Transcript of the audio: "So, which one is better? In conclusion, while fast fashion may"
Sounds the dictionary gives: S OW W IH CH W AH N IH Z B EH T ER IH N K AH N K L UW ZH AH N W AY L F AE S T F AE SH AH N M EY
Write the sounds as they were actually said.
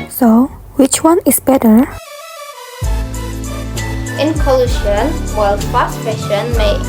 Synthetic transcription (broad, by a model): S OW W IH CH W AH N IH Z B EH T ER IH N K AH L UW SH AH N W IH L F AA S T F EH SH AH N M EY